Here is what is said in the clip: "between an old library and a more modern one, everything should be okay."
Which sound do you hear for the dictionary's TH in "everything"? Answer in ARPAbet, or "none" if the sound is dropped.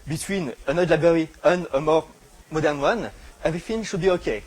F